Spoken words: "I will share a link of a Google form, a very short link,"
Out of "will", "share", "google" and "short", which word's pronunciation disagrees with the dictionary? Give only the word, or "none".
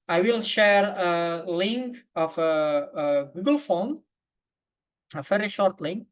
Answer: none